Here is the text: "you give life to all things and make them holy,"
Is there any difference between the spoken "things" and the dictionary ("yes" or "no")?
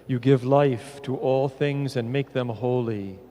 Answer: no